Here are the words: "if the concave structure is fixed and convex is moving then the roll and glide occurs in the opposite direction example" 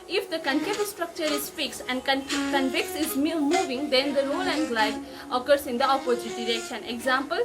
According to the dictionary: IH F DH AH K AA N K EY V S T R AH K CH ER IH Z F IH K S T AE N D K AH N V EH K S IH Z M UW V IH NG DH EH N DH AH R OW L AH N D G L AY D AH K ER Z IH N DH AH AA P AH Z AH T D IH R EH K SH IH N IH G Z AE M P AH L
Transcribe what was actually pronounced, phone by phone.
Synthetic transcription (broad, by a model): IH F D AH K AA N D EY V S T R AH K CH ER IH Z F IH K S AE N D K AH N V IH K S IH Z M UW V IH NG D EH N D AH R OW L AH N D G L AY D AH K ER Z IH N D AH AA P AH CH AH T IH R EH K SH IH N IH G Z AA M P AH L